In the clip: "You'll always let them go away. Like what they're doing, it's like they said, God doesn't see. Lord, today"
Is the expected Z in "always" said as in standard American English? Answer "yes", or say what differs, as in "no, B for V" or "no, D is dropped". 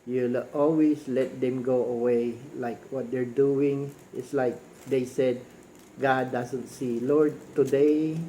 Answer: no, S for Z